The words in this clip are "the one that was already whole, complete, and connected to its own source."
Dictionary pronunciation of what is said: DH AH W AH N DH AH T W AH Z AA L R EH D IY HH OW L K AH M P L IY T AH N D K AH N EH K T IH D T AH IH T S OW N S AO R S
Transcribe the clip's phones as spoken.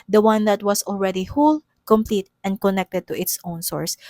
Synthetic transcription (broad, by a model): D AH W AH N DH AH T W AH S AA L R EH D IY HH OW L K AH M P L IY T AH N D K AH N EH K T IH D T AH IH T S OW N S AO R S